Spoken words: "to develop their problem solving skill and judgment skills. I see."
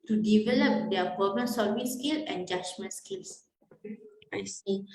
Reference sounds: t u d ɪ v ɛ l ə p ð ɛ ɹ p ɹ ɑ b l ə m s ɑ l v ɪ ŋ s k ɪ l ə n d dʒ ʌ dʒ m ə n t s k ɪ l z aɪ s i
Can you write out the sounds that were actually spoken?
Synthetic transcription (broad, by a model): t u d ɪ v ɛ l ə p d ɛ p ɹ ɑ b ə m s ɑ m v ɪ s k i l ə n dʒ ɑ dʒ m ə n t s k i l s aɪ s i